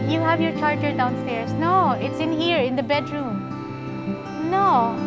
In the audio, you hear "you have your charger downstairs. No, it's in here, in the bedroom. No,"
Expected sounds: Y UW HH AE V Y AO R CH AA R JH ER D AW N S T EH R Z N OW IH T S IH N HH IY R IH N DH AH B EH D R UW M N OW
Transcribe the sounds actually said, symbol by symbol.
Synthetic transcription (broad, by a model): Y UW HH AE V Y AO R CH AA R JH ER D AW N S T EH R S N OW IH T S IH N HH IY R IH N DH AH B EH D R UW M N OW